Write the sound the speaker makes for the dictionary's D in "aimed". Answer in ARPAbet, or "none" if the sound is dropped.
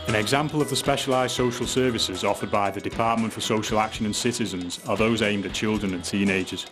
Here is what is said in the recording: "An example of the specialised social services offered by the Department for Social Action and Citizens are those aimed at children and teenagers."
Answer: D